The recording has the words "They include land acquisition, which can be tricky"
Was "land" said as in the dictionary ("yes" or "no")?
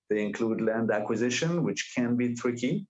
yes